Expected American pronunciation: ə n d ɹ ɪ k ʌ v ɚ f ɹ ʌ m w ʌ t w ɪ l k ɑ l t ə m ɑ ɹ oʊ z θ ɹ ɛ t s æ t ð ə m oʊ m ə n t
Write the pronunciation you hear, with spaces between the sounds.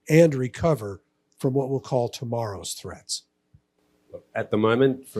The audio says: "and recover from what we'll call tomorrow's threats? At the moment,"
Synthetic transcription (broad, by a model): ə n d ɹ ɪ k ʌ v ɚ f ɹ ʌ m w ʌ t w ɪ l k ɑ l t ə m ɑ ɹ oʊ z θ ɹ ɛ t s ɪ t ð ə m oʊ m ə n t